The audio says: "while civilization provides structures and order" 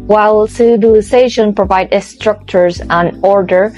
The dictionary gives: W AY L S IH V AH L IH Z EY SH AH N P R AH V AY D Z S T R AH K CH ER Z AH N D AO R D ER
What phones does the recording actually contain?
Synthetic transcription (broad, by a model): W AY L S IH B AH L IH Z EY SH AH N P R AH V AY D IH S T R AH K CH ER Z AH N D AO R D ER